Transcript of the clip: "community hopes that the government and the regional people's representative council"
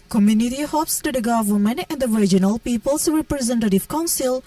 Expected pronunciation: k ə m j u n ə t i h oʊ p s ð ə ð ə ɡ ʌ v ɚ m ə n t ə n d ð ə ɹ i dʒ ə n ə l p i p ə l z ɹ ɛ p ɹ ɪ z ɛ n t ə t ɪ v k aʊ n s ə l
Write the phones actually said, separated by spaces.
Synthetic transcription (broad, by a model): k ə m j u n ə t i h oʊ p s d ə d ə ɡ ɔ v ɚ m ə n ə n d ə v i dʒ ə n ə l p i p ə l s ɹ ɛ p ɹ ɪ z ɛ n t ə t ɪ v k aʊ n s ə l